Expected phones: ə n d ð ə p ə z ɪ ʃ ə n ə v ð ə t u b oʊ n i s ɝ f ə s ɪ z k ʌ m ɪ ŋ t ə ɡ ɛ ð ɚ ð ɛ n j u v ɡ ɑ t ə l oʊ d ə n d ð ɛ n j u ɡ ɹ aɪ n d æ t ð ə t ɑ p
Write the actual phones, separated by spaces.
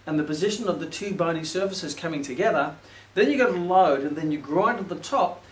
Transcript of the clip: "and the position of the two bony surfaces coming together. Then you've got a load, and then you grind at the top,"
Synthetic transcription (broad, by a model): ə n ð ə p ə z ɪ ʃ ə n ə v ð ə t u b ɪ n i s ɝ f ə s ɪ z k ʌ m ɪ ŋ t ə ɡ ɛ ð ɚ ð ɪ n j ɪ ɡ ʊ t ə l oʊ d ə n ð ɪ n j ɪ ɡ ɹ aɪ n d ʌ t ð ə t ɑ p